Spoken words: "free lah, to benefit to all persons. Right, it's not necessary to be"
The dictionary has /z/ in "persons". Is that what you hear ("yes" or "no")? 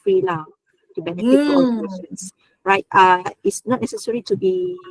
no